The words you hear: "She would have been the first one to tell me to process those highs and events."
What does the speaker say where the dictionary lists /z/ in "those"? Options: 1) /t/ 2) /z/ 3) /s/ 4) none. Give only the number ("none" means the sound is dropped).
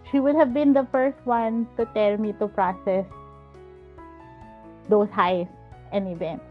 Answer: 3